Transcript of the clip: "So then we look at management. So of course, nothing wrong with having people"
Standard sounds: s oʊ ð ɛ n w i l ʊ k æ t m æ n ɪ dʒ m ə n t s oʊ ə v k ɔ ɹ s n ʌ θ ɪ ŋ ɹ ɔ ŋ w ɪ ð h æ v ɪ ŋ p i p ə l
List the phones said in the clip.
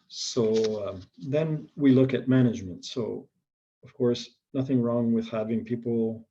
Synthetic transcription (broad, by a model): s oʊ ð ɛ n w i l ʊ k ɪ t m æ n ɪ dʒ m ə n t s oʊ ə v k ɔ ɹ s n ʌ θ ɪ ŋ ɹ ɔ ŋ w ɪ ð h æ v ɪ ŋ p i p l